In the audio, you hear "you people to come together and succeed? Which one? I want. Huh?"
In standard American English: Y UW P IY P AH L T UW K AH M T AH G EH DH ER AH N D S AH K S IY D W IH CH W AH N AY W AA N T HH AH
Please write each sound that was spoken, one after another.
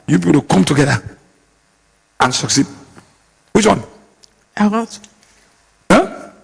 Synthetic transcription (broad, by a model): Y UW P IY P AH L T UW K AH M T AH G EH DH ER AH N S AH K S IY D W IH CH W AH N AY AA T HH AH